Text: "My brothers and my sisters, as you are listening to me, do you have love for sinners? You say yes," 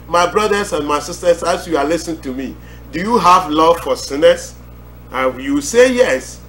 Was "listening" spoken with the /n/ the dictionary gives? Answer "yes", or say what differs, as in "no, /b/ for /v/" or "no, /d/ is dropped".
no, /n/ is dropped